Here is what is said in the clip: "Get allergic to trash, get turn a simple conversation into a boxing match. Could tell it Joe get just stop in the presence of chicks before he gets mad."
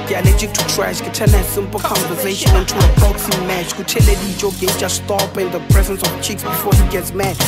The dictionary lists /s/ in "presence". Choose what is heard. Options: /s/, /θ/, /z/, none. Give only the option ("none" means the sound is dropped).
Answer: /s/